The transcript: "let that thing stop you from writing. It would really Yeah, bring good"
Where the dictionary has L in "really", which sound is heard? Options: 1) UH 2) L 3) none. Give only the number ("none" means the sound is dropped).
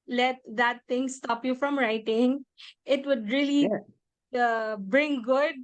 3